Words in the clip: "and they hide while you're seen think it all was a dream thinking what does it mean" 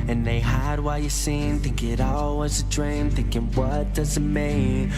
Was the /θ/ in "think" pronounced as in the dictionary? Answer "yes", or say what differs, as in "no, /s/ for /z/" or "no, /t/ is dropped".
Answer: no, /t/ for /θ/